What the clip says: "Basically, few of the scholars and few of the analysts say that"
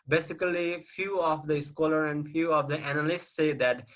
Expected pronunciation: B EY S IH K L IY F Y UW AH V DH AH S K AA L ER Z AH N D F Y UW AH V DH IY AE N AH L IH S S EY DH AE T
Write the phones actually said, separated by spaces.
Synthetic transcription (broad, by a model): B EY S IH K L IY F Y UW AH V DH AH S K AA L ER AH N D F Y UW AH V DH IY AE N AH L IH S S EY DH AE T